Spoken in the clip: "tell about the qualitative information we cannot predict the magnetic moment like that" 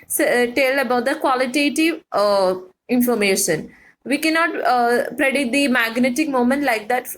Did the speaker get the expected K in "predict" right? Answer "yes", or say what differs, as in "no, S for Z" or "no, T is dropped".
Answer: no, K is dropped